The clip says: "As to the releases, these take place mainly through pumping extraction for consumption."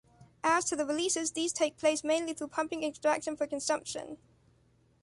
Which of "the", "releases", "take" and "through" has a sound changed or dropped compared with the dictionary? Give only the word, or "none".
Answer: none